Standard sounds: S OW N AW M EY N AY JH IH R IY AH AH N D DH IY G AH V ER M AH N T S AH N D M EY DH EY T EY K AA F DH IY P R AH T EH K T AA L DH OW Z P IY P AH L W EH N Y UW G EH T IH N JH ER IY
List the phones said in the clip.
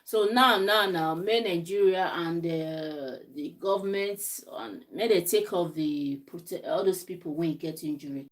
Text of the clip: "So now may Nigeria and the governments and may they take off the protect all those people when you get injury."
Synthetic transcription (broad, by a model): S OW N AW M EY N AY JH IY R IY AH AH N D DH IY G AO V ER M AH N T AH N M EY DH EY T EY K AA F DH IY P R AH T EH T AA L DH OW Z P IY P AH L W EH N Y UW G EH T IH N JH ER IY